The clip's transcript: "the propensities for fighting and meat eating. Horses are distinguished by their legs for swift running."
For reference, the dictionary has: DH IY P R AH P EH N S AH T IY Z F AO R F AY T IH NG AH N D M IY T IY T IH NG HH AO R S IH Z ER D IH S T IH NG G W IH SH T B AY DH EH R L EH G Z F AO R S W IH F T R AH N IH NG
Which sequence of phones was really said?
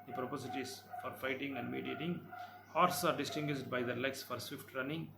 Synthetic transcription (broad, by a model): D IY P R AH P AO S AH T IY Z F AO R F AY T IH NG AH N D M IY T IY T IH NG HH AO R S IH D D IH S T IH NG G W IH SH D B AY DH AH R L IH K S F AO R S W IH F T R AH N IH NG